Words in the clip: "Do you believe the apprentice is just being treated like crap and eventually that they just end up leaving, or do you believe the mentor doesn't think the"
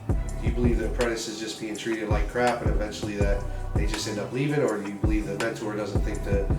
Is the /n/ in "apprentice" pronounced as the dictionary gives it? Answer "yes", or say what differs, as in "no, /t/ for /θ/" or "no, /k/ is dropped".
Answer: no, /n/ is dropped